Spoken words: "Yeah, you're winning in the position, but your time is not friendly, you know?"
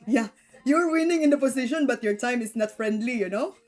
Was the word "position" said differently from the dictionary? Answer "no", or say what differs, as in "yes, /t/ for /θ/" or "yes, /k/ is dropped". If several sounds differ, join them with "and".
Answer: yes, /s/ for /z/